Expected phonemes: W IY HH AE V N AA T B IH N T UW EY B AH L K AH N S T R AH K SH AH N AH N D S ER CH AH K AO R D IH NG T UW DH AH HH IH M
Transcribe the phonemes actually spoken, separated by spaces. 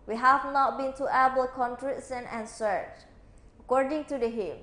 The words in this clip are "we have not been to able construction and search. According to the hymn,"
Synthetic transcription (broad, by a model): W IY HH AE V N AA T B IH N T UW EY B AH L K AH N T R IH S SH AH N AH N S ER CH AH K AO R D IH NG T UW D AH HH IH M